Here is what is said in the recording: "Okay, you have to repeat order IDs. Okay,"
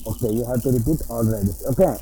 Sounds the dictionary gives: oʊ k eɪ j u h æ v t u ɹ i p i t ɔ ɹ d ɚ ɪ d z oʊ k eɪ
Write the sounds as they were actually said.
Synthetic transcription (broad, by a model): oʊ k eɪ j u h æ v t u ɹ i p i t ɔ l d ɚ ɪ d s oʊ k eɪ